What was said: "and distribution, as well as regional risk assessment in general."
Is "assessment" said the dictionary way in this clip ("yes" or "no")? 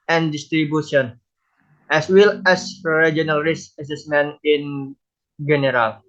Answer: no